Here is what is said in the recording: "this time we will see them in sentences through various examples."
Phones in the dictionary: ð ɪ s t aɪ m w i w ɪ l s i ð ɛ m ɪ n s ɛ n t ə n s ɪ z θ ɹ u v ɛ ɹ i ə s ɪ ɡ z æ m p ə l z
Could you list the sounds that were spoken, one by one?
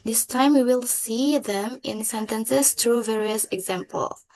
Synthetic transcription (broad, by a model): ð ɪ s t aɪ m w i w ɪ l s i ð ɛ m ɪ n s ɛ n t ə n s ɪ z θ ɹ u v ɛ ɹ i ə s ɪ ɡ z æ m p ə l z